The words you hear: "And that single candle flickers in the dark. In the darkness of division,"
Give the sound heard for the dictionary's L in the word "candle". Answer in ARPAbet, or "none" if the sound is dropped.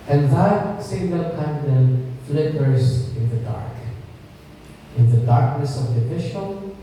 N